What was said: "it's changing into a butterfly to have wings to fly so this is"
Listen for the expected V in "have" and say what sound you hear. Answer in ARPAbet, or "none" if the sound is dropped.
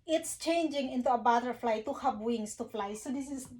P